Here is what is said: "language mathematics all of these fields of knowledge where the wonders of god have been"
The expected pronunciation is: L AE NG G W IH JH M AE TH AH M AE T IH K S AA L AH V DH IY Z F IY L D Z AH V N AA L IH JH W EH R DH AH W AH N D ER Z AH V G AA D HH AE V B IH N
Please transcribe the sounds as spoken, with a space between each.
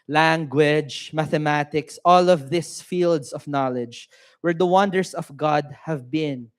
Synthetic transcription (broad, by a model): L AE NG G W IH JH M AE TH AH M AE T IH K S AA L AH V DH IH S F IY L D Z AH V N AA L IH JH W EH R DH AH W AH N D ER S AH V G AA D HH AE V B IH N